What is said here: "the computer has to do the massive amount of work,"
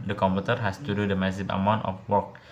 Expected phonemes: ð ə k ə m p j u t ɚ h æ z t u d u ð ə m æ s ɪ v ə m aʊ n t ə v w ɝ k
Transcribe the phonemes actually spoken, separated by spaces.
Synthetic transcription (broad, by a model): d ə k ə m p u t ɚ h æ s t u d u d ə m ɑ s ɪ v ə m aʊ n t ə f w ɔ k